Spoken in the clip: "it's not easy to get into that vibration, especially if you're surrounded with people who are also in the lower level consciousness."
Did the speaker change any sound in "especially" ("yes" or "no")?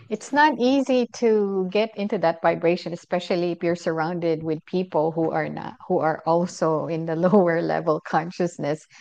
no